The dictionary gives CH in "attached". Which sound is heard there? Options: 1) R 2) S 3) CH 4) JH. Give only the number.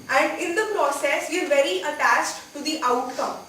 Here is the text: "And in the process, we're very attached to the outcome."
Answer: 3